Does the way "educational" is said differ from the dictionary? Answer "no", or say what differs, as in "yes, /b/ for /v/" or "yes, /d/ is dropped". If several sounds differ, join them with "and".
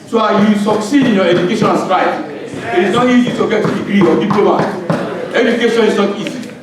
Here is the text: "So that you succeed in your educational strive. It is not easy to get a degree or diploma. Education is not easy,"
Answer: yes, /n/ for /l/